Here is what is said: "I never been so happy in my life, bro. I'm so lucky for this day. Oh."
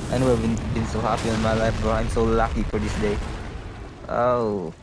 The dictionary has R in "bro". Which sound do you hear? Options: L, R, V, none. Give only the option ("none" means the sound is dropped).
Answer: none